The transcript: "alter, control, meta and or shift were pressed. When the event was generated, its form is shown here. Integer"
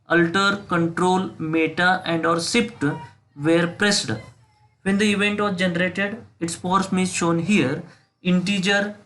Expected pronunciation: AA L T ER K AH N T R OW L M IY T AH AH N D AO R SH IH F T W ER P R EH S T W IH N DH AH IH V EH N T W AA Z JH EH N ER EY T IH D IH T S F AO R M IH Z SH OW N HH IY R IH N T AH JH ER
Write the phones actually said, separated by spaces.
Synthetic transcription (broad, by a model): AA L T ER K AH N T R OW L M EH T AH AH N D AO R S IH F T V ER P R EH S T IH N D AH IH V EH N T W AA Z JH EH N ER EY T IH D IH T S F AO R M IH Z SH OW N HH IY R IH N T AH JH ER